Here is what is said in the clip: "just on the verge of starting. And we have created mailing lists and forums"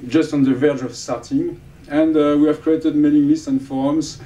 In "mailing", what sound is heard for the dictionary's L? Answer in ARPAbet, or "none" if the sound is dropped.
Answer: N